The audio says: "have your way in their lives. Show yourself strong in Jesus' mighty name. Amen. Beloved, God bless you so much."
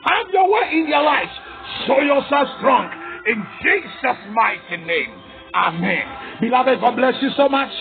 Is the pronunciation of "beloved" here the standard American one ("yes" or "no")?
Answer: yes